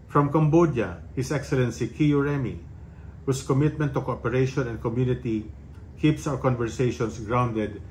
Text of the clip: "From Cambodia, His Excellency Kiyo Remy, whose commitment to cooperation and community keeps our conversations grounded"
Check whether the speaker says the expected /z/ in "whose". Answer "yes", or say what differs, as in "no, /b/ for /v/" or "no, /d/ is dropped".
no, /s/ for /z/